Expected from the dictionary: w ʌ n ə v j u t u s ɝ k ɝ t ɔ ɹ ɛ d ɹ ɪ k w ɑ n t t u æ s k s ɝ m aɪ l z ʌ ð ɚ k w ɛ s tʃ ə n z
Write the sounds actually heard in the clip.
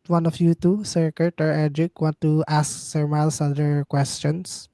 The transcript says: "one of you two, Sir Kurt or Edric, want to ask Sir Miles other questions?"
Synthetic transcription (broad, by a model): w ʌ n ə f j u t u s ɝ k ɝ t ɔ ɹ ɛ d ɹ ɪ k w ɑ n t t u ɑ s k s ɝ m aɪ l s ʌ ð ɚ k w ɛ s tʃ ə n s